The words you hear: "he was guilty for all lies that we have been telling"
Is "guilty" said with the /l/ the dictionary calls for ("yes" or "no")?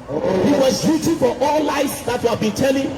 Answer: no